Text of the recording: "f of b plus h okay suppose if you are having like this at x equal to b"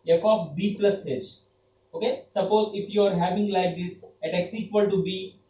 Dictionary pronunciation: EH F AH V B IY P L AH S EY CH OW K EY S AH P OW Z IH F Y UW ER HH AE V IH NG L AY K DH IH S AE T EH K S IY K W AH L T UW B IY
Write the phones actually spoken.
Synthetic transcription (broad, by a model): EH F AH F B IY P L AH S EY S OW K EY S AH P OW Z IH F Y UW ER HH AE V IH NG L AY K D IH S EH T EH K S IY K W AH L T UW B IY